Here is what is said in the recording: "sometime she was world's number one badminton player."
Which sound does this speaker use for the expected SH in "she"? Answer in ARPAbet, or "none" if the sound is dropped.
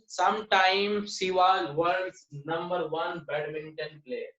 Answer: S